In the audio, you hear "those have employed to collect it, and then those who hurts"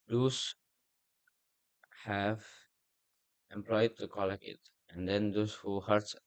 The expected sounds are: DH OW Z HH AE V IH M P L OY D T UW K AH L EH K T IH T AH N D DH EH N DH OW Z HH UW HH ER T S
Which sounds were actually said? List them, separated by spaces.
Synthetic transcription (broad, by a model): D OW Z HH AE V IH M P L OY D T UW K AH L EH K IH T AH N D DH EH N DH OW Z HH UW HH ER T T